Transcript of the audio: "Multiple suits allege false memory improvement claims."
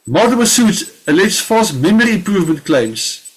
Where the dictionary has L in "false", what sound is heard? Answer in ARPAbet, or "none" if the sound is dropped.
none